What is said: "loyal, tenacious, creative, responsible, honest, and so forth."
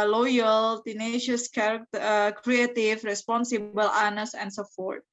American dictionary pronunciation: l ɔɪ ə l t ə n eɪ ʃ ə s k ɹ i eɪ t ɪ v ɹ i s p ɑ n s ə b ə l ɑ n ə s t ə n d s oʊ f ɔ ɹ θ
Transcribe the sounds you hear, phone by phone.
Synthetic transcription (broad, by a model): l ɔɪ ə l t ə n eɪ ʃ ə s k ɹ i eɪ t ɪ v ɹ i s p ɑ n s ə b ə l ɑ n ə s ə n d s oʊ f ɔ ɹ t